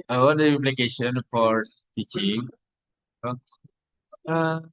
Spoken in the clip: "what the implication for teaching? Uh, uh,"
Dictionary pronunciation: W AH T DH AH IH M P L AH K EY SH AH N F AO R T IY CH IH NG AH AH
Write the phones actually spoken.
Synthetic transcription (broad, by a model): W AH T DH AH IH P L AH K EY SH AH N F AO R T IY CH IH NG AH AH